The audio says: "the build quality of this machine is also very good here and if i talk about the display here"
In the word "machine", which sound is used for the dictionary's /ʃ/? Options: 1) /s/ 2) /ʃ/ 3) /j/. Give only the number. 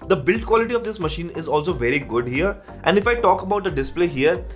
2